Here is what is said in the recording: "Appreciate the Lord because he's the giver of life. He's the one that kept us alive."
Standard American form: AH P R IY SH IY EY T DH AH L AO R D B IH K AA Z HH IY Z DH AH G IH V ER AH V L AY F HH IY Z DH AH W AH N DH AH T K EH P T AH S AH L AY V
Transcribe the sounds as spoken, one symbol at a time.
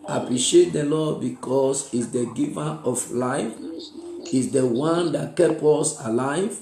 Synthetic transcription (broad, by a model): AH P R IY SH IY EY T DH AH L AO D B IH K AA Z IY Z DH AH G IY V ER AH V L AY F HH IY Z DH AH W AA N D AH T K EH P AO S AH L AY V